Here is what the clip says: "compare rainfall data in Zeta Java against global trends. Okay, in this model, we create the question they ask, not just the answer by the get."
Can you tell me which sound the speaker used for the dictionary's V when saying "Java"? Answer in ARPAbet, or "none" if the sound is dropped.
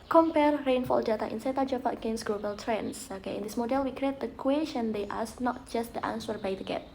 P